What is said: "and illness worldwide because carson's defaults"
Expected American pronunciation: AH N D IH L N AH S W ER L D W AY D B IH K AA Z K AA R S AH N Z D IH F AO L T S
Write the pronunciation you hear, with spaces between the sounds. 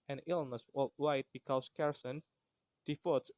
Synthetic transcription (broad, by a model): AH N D IH L N AH S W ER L W AY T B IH K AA S K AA R S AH N S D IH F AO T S